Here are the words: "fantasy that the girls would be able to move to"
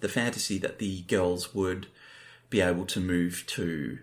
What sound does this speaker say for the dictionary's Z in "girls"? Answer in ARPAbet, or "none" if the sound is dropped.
Z